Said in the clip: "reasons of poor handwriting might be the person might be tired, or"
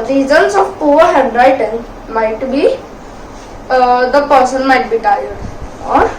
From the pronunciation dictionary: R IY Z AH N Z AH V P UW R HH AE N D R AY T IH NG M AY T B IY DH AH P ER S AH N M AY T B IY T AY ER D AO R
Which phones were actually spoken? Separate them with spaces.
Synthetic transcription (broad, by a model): R IY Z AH N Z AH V P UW R HH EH D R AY T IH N M AY T B IY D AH P ER S AH N M AY T B IY T AY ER D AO R